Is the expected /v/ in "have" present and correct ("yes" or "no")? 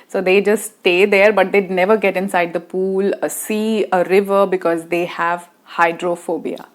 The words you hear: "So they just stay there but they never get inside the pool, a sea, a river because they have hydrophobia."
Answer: yes